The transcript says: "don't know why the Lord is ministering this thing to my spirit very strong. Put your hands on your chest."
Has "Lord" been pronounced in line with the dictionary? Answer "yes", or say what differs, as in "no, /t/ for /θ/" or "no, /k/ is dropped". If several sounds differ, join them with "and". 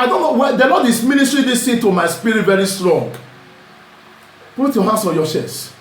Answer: no, /n/ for /l/